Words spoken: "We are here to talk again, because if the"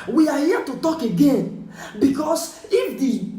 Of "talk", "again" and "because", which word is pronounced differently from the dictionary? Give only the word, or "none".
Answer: because